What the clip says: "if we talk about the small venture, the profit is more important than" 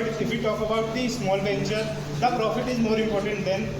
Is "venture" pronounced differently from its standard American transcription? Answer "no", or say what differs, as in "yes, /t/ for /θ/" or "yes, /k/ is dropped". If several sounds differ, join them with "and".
yes, /b/ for /v/